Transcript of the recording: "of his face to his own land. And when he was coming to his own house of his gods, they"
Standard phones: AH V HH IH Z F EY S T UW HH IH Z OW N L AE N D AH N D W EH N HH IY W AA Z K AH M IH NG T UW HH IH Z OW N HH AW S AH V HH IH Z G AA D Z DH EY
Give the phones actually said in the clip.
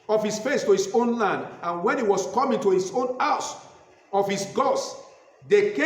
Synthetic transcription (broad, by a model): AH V HH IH S F EY S T UW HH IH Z OW N L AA N D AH N W EH N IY W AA S K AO M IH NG T UW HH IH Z OW N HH AW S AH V HH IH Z G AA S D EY